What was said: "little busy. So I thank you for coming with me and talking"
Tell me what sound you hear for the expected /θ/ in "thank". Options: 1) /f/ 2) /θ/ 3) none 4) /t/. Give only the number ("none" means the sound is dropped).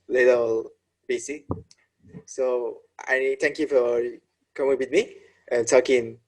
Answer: 4